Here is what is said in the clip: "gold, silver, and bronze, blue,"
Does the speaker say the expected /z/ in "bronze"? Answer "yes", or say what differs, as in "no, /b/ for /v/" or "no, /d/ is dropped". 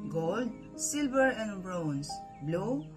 no, /s/ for /z/